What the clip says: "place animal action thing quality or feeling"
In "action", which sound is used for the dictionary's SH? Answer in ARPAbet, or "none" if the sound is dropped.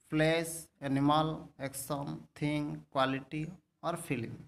S